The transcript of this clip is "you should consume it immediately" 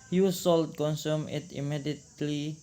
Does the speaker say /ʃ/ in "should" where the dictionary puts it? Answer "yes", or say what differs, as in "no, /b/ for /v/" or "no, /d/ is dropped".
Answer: no, /s/ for /ʃ/